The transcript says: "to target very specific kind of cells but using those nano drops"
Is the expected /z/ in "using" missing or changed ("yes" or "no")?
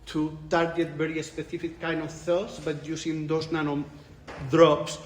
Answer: yes